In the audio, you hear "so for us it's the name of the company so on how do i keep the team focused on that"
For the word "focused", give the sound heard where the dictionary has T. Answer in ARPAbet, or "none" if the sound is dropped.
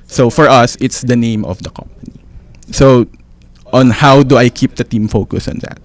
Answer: none